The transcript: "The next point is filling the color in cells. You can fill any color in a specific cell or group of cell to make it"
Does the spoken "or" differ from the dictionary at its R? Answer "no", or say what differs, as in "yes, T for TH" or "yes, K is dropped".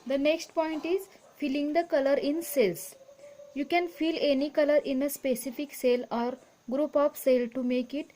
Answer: no